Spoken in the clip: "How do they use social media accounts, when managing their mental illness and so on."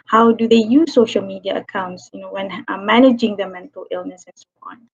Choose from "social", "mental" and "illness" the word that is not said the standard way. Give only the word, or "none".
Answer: none